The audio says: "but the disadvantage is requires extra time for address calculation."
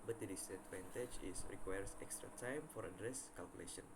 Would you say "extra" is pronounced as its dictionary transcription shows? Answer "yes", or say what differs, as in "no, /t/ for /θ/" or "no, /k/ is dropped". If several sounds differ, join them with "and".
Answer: yes